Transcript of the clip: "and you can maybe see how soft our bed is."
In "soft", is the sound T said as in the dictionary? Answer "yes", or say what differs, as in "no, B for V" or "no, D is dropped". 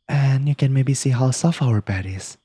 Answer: no, T is dropped